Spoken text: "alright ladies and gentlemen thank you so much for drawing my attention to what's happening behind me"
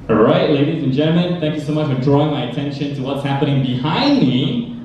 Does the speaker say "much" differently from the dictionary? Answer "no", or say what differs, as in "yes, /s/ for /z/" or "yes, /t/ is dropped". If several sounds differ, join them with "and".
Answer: no